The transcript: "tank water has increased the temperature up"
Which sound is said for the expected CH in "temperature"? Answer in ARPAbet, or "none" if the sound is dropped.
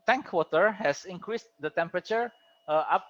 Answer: CH